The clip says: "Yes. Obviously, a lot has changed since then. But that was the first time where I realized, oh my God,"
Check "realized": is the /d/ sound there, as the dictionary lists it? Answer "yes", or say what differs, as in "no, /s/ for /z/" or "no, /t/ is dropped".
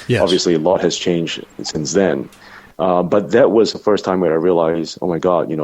no, /d/ is dropped